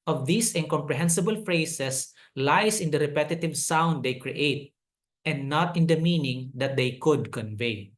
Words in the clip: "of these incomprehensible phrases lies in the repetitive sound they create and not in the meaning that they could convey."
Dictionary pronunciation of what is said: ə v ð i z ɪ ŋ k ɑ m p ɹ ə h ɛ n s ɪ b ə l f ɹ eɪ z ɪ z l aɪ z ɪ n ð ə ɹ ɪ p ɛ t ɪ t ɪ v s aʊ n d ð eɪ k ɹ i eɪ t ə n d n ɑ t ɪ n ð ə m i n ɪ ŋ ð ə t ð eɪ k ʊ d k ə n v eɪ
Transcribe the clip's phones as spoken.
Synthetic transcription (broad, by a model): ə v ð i s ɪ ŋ k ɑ m p ɹ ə h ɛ n s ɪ b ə l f ɹ eɪ s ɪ s l aɪ s ɪ n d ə ɹ ɪ p ɛ t ɪ t ɪ v s aʊ n d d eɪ k ɹ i eɪ t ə n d n ɑ t ɪ n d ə m i n ɪ ŋ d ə t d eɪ k ʊ d k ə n v eɪ